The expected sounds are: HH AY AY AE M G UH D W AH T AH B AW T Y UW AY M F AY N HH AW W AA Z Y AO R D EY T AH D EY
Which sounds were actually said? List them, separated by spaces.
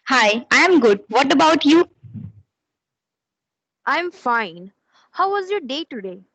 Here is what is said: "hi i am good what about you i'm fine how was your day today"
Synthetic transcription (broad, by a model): HH AY AY M G UH D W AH T AH B AW T Y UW AY M F AY N HH AW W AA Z Y AO R D EY T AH D EY